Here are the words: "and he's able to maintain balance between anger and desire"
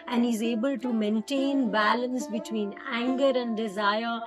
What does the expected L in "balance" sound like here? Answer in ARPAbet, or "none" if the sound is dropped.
L